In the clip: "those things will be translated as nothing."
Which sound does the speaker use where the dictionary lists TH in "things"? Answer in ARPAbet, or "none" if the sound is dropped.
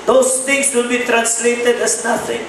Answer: T